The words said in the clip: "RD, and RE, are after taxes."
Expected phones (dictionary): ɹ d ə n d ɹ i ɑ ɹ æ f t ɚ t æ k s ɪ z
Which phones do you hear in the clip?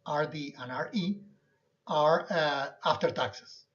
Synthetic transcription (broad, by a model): ɹ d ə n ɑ ɹ i ɑ ɹ æ f t ɚ t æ k s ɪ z